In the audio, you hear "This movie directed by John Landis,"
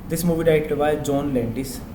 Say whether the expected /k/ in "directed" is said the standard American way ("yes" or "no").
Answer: no